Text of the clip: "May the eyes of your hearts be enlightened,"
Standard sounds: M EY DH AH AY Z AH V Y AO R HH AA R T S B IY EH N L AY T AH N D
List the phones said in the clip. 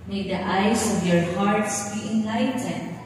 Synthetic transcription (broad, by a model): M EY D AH AY S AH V Y AO R HH AA R T S B IY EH N L AY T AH N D